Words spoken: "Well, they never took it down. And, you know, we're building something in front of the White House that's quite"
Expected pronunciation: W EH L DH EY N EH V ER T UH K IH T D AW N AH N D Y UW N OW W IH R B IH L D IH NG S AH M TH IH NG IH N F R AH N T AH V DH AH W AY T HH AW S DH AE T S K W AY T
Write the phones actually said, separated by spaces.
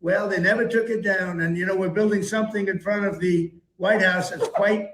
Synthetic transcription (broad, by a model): W EH L DH EY N EH V ER T UH K IH T D AW N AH N Y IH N OW W IH R B IH L D IH NG S AH M TH IH NG IH N F R AH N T AH V DH AH W AY T HH AW S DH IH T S K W AY T